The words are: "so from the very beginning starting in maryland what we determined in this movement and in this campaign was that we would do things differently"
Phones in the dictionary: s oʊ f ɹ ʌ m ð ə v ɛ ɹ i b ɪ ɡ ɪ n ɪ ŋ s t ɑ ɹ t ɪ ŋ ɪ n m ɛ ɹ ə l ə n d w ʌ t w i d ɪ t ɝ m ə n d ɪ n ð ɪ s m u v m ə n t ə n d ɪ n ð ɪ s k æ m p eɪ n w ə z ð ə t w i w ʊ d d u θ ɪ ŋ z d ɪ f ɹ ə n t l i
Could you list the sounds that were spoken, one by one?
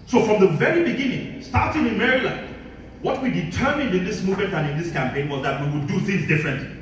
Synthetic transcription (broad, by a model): s oʊ f ɹ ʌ m ð ə v ɛ ɹ i b ɪ ɡ ɪ n ɪ ŋ s t ɑ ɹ t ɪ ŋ ɪ n m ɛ ɹ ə l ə n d w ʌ t w i d ɪ t ɝ m ə n d ɪ n ð ɪ s m u v m ə n t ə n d ɪ n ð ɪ s k æ m p eɪ n w ə z ð ə t w i w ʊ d d u θ ɪ ŋ z d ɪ f ɹ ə n t